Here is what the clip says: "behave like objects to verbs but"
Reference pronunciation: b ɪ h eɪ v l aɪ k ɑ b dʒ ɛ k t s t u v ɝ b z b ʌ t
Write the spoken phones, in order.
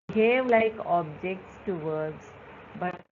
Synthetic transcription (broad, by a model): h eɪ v l aɪ k ɑ b dʒ ɛ k t s t u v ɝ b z b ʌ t